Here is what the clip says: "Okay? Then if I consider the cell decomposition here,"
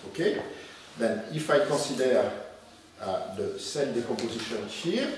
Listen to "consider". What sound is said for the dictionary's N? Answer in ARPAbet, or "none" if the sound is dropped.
none